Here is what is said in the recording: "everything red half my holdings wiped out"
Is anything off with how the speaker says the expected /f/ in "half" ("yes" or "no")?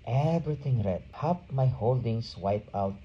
yes